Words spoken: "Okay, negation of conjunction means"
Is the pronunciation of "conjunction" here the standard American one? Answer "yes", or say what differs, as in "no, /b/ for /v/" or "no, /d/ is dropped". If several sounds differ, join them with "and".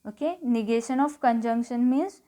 yes